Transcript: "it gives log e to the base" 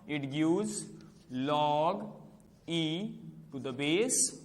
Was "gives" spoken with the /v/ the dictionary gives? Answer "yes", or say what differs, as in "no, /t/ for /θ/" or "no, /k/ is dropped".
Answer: no, /v/ is dropped